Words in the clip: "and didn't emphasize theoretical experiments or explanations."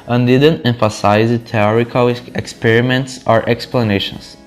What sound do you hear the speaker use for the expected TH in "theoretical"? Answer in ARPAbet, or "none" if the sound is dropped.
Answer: T